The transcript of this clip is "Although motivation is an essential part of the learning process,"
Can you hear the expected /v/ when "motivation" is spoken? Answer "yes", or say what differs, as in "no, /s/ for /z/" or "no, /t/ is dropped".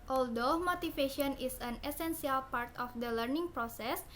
no, /f/ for /v/